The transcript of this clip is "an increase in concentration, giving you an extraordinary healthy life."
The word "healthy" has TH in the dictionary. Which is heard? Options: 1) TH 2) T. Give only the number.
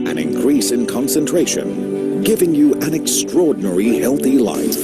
1